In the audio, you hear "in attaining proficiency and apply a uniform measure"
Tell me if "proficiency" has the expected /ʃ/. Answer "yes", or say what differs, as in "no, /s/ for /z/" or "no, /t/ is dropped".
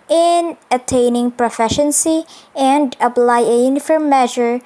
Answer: yes